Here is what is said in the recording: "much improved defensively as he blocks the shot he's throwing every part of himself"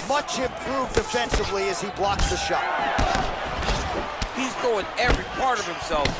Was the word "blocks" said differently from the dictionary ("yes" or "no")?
no